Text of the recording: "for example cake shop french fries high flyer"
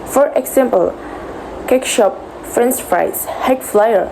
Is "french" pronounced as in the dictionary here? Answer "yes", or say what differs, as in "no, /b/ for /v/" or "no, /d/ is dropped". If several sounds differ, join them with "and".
no, /s/ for /tʃ/